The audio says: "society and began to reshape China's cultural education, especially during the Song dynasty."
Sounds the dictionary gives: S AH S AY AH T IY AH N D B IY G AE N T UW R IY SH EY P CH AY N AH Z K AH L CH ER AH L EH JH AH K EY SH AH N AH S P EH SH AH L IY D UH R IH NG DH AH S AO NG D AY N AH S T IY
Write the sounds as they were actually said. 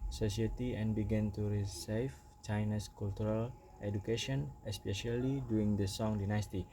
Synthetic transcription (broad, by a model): S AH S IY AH T IY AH N B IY G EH N T UW R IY S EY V CH AY N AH S K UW L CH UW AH L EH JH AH K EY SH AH N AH S P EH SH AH L IY D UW IH NG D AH S AO NG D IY N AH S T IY